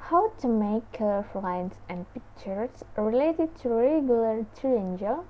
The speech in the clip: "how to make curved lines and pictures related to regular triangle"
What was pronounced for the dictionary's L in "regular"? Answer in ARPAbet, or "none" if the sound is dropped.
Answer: L